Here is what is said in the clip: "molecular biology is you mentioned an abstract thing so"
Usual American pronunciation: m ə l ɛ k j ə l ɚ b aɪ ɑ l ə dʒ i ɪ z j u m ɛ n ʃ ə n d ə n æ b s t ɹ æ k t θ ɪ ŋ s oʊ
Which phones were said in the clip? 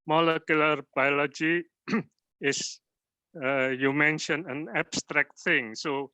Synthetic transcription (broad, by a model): m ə l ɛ k j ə l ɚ b aɪ ɑ l ə dʒ i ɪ s j u m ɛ n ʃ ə n ə n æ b s t ɹ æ k t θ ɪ ŋ s oʊ